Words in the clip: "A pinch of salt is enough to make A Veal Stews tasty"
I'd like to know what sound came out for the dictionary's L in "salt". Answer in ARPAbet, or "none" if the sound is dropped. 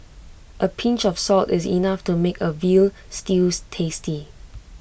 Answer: L